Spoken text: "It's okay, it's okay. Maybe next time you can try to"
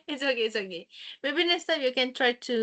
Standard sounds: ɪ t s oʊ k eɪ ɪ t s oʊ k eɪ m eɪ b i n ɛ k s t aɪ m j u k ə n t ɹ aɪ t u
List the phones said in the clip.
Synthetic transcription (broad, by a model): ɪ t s oʊ k eɪ ɪ t s oʊ k eɪ m eɪ b i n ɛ s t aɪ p j u k ə n t ɹ aɪ t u